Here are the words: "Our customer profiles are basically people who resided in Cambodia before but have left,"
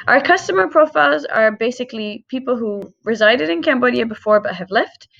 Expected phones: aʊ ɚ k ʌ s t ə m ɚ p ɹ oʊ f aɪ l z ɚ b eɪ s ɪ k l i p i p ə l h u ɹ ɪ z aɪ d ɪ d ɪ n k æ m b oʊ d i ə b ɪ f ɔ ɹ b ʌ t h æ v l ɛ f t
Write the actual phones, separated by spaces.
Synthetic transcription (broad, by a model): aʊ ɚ k ʌ s t ə m ɚ p ɹ oʊ f aɪ l z ɚ b eɪ s ɪ k l i p i p l h u ɹ ɪ z aɪ d ɪ d ɪ n k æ m b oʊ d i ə b ɪ f ɔ ɹ b ʌ t h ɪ v l ɛ f t